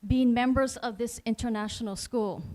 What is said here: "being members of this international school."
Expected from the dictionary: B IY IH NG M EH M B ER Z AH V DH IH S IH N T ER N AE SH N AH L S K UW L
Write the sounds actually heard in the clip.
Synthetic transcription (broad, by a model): B IY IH NG M EH M B ER Z AH V DH IH S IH N T ER N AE SH N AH L S K UW L